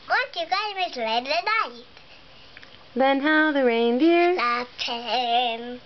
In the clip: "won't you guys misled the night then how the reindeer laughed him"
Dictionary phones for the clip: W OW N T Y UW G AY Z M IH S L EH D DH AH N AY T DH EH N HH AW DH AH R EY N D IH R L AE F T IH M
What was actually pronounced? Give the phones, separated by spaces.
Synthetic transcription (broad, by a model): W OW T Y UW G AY M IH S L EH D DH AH N AY T DH EH N HH AW DH AH R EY N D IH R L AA T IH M